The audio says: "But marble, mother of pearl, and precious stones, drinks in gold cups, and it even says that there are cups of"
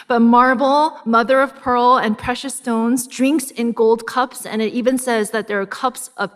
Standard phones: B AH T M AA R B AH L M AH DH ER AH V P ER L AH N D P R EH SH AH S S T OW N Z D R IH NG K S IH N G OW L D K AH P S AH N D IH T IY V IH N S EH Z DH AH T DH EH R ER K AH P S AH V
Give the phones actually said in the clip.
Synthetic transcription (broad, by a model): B AH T M AA R B L M AH DH ER AH V P ER L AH N P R EH SH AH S S T OW N Z D R IH NG K S IH N G OW L D K AH P S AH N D IH T IY V IH N S EH Z DH AH T DH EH R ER K AH P S AH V